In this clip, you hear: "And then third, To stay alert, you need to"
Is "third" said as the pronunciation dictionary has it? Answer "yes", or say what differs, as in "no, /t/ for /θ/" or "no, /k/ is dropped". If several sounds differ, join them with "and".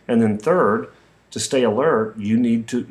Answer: yes